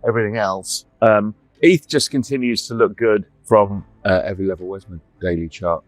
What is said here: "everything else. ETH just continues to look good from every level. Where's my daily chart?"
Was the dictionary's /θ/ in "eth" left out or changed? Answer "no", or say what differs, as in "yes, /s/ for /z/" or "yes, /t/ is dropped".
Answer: no